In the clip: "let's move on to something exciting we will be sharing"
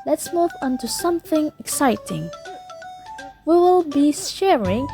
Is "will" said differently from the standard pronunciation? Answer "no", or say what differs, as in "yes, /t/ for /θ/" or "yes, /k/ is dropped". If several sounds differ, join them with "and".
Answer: no